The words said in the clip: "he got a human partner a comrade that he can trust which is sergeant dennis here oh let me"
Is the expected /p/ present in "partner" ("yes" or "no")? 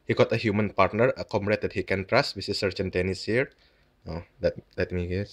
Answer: yes